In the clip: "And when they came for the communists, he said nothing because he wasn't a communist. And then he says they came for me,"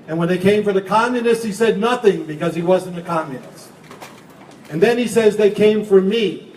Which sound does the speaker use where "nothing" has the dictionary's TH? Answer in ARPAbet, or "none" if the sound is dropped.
TH